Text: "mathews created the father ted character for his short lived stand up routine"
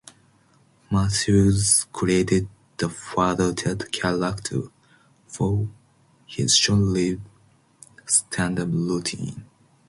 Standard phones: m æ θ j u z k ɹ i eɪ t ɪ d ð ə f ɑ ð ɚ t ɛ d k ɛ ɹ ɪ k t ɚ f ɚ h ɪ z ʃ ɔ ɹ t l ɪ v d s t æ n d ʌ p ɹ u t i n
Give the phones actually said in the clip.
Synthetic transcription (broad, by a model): m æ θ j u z k ɹ i eɪ t ɪ d ð ə f ɑ ð ɚ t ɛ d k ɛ l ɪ k t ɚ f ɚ h ɪ z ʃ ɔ l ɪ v s t æ n d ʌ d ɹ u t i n